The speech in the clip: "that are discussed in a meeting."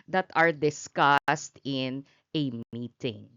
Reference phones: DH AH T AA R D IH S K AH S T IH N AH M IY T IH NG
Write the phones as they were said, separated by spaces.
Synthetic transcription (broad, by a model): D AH T AA R D IH S K AH S T IH N AH M IY T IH NG